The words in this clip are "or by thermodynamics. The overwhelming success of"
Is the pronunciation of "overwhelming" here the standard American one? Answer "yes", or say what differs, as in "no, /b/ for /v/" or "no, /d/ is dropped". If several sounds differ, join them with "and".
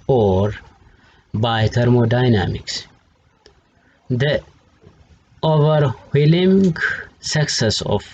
no, /m/ is dropped